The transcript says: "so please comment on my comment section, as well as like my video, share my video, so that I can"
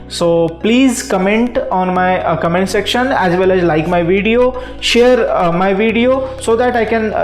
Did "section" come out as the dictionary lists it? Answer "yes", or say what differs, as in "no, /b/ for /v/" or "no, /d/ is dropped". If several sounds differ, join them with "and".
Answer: yes